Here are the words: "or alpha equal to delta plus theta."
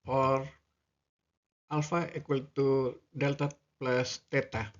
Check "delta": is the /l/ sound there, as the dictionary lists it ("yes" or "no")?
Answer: yes